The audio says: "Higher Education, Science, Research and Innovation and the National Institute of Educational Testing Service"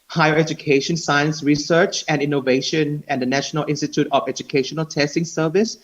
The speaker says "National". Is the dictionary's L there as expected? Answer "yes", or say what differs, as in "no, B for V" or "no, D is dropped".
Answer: yes